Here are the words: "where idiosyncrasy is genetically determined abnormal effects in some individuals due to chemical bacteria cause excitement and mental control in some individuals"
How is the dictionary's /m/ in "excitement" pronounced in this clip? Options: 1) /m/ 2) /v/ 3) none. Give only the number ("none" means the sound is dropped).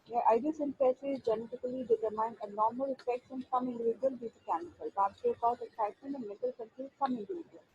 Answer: 3